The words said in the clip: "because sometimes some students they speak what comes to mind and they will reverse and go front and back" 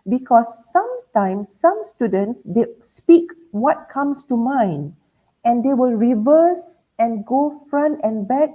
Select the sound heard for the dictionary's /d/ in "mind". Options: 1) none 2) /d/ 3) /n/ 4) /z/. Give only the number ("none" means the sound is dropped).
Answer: 1